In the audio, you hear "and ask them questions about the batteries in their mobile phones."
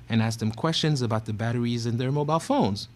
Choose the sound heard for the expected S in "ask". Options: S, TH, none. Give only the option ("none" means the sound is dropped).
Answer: S